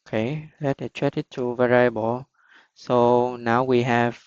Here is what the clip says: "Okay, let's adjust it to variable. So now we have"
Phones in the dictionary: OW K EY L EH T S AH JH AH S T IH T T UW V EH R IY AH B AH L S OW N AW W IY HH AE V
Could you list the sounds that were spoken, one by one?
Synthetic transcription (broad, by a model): K EY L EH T AH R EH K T IH T T UW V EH R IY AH B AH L S OW N AW W IY HH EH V